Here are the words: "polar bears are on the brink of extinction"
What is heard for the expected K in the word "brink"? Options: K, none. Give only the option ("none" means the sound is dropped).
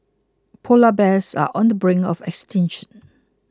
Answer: none